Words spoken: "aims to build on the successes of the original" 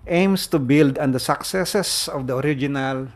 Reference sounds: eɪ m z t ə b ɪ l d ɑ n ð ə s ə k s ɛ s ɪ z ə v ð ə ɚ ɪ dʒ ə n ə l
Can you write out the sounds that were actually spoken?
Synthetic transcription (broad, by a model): eɪ m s t ə b ɪ l d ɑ n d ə s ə k s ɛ s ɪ s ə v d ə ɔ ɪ dʒ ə n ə l